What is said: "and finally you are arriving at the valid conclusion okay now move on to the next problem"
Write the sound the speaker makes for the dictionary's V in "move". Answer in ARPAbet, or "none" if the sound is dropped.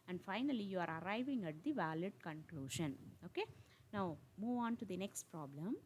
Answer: V